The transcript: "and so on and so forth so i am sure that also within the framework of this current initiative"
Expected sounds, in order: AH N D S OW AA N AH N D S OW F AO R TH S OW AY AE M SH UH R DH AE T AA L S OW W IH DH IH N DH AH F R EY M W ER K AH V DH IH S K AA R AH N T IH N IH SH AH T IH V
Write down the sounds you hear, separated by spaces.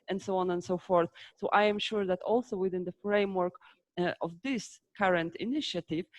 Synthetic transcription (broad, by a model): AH N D S OW AA N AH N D S OW F AO R TH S OW AY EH M SH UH R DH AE T AA L S OW W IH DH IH N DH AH F R EY M W ER K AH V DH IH S K AA R AH N T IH N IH SH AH T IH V